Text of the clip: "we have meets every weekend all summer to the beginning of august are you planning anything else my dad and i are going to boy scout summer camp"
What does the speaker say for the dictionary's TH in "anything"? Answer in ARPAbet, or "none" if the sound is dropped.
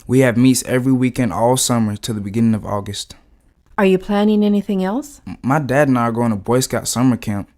TH